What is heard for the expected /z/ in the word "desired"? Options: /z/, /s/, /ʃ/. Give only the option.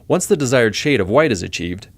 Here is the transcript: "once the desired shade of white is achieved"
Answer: /z/